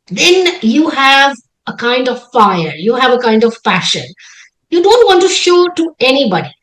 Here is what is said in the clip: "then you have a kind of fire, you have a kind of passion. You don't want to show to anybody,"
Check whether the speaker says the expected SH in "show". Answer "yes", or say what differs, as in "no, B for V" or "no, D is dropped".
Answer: yes